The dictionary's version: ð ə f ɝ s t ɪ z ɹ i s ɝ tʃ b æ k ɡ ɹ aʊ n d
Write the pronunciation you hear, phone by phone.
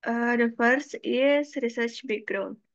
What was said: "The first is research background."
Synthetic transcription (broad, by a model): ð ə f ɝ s ɪ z ɹ i s ɝ tʃ b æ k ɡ ɹ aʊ n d